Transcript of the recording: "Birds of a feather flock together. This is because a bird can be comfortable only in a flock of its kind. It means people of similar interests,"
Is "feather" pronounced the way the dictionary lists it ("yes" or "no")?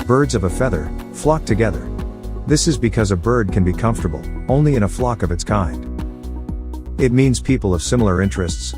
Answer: yes